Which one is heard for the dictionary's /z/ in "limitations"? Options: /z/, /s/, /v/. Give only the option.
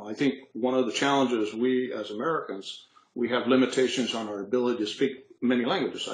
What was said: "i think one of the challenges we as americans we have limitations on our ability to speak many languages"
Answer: /z/